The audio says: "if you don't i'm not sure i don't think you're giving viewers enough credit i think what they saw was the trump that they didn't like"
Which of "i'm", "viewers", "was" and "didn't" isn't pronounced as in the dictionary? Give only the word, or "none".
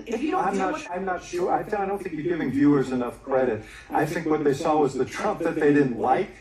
none